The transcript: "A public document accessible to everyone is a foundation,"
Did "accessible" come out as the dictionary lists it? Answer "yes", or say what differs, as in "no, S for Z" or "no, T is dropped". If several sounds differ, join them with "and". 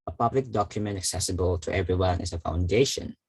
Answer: yes